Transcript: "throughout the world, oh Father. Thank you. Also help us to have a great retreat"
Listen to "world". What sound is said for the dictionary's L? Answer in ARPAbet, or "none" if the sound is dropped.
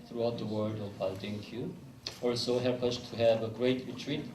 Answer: none